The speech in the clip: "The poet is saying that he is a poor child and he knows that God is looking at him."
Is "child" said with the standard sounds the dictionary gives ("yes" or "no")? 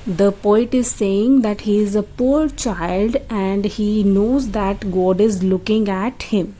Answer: yes